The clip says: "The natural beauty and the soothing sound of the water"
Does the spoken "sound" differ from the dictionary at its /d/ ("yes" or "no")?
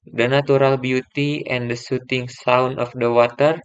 yes